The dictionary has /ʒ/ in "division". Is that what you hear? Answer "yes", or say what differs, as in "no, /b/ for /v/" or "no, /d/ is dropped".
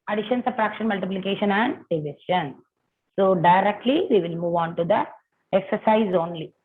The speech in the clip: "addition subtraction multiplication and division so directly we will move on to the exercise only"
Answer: no, /ʃ/ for /ʒ/